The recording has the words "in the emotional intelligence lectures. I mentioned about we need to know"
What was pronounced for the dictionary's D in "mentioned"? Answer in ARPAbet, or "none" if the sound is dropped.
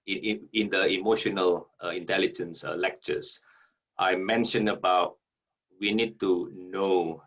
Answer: none